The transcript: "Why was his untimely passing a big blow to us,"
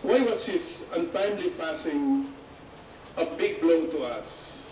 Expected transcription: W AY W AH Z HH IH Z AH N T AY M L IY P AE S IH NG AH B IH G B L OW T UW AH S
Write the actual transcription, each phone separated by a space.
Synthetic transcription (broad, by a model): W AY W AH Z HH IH S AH N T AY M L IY P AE S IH NG AH B IH G B L OW T UW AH S